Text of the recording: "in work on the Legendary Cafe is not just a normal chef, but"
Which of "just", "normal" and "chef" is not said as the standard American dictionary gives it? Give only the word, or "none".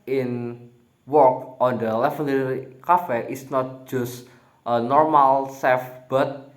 chef